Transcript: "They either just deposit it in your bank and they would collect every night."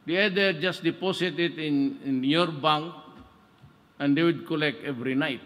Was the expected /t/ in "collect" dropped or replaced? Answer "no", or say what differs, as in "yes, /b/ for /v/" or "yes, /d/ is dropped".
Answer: no